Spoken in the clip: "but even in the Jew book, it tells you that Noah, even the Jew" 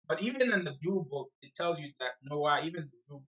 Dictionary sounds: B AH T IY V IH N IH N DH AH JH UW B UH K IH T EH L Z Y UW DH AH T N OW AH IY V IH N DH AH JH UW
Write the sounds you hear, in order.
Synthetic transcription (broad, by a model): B AH T IY V IH N IH N DH AH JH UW B UH K IH T EH L Z Y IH DH AH T N OW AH IY V IH N DH AH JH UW